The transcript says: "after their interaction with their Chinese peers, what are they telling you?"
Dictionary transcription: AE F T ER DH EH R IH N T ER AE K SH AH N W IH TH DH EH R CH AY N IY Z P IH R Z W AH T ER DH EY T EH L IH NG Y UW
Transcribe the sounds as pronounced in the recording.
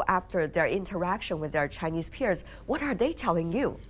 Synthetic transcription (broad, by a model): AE F T ER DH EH R IH N T ER AE K SH AH N W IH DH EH R CH AY N IY Z P IH R Z W AH T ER DH EY T EH L IH NG Y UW